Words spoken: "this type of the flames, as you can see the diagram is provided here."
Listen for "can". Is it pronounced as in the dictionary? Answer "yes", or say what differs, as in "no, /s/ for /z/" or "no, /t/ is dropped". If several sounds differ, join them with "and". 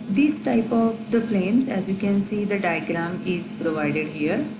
yes